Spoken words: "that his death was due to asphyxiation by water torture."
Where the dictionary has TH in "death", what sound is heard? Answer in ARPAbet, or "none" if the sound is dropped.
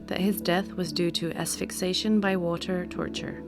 TH